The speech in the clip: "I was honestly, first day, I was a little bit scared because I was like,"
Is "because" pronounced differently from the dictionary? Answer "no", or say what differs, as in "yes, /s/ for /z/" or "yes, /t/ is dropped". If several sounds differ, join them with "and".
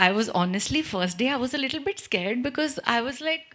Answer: no